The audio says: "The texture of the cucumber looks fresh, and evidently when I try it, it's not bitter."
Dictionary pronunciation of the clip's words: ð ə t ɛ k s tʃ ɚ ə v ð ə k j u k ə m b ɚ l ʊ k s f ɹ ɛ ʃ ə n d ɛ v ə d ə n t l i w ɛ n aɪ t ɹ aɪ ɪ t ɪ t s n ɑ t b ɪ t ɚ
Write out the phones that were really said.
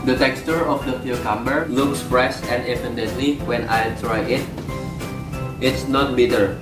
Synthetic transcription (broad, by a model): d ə t ɛ k s tʃ ɚ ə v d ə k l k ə m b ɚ l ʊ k s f ɹ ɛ s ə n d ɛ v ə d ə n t l i w ɛ n aɪ t ɹ aɪ ɪ t ɪ t s n ɑ t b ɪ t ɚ